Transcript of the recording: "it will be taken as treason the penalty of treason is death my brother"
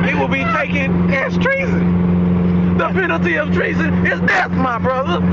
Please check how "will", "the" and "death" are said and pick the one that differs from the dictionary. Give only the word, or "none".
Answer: death